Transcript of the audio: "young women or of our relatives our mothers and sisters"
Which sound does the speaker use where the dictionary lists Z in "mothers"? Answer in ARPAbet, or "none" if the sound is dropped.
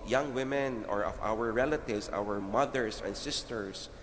S